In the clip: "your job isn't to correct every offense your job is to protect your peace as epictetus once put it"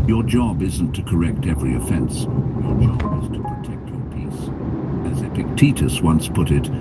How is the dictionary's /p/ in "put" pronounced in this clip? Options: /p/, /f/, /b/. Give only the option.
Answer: /p/